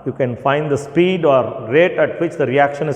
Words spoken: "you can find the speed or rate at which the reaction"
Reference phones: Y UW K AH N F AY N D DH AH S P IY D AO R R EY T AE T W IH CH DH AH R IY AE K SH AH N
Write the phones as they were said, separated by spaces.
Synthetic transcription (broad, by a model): Y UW K AH N F AY N D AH S P IY D AO R R EY T AE T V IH CH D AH R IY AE K SH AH N